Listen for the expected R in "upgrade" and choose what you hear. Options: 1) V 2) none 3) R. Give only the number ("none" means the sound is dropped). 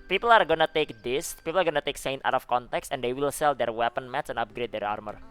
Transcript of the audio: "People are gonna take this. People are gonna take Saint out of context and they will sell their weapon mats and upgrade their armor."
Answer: 3